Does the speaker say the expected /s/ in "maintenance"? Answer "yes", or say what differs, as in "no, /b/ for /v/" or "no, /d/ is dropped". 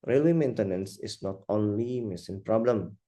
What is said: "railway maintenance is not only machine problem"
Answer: yes